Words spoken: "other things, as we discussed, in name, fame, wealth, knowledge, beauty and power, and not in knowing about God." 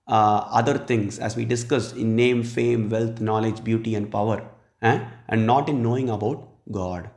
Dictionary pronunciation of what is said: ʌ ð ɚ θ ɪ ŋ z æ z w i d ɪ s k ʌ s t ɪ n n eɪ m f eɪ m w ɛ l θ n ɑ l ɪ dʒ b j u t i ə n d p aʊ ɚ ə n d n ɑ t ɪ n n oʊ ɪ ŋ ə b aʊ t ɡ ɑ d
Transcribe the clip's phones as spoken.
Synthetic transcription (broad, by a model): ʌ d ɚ t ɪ ŋ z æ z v i d ɪ s k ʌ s ɪ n n eɪ m f eɪ m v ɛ l t n ɑ l ɪ dʒ b j u t i ə n d p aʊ ɚ ə n d n ɑ t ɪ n n oʊ ɪ ŋ ə b aʊ t ɡ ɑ d